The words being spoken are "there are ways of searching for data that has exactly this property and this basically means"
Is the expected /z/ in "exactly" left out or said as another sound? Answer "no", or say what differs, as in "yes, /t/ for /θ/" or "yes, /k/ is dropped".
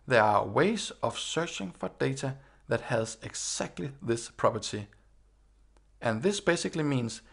yes, /s/ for /z/